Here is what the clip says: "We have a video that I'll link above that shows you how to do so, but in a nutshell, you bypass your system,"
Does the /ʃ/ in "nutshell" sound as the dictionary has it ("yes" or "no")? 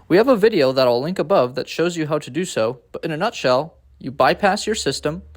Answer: yes